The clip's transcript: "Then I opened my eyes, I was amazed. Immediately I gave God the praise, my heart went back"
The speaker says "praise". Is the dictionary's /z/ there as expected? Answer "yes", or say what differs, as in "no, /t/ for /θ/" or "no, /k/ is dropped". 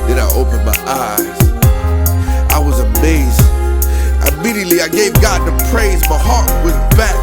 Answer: yes